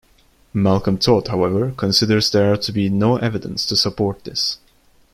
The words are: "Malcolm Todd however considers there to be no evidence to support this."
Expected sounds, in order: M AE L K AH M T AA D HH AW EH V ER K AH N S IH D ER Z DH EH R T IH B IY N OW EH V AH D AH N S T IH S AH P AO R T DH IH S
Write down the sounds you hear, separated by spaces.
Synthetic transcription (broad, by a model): M AE L K AH M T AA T HH AW EH V ER K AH N S IH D ER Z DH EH R T IH B IY N OW EH V AH D AH N S T IH S AH P AO R T DH IH S